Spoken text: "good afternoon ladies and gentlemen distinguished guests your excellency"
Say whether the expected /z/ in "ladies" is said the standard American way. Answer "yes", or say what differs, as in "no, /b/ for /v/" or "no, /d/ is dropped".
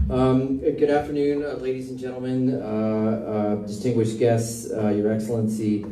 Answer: yes